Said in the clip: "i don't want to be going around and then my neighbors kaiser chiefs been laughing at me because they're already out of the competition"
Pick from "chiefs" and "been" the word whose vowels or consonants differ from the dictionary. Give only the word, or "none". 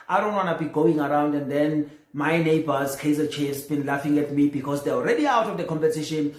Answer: chiefs